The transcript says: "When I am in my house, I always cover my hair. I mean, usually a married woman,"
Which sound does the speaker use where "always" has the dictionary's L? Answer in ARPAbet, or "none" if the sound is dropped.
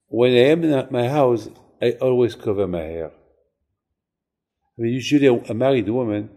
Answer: L